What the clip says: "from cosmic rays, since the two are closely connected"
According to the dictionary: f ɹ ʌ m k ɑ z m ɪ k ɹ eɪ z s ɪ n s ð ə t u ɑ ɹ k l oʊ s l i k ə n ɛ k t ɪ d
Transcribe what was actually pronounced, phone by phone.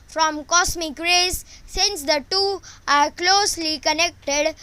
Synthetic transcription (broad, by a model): f ɹ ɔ m k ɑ s m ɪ k ɹ eɪ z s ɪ n s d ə t u ɑ ɹ k l oʊ s l i k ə n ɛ k t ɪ d